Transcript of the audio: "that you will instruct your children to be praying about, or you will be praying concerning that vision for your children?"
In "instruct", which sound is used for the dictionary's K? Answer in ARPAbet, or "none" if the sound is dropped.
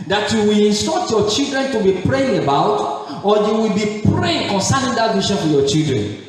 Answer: none